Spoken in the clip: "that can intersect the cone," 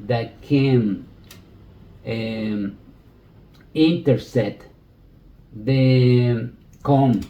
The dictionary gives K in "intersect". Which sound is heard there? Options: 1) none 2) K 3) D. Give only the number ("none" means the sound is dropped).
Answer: 1